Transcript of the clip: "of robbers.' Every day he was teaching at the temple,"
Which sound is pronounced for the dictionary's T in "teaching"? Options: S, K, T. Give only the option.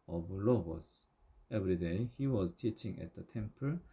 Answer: T